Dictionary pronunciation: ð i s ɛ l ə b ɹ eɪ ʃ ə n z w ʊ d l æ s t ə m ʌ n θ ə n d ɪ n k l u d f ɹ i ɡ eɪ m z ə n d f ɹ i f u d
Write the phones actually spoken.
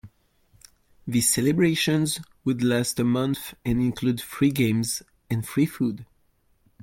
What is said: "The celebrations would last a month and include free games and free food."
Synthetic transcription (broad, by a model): ð i s ɛ l ə b ɹ eɪ ʃ ə n z w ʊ d l æ s t ə m ʌ n θ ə n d ɪ n k l u d f ɹ i ɡ eɪ m z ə n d f ɹ i f u d